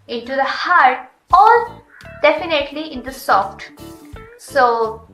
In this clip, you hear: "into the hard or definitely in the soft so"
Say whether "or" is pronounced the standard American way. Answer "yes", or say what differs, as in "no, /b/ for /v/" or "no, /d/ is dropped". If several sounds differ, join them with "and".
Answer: no, /l/ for /ɹ/